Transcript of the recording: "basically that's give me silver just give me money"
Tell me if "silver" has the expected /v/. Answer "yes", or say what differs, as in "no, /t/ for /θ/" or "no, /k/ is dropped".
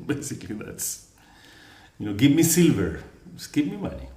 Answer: yes